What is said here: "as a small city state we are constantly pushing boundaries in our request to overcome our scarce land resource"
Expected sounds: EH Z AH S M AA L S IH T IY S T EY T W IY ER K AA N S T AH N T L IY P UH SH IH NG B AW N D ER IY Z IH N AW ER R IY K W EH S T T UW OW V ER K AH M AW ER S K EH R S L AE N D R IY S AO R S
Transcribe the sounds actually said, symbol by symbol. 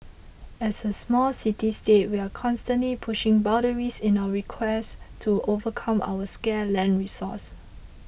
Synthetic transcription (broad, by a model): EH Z AH S M AA L S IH T IY S T EY T W IY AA K AA N S T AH N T L IY P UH SH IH NG B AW D ER IY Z IH N AW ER R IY K W EH S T T UW OW V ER K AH M AW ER S K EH L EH N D R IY S AO S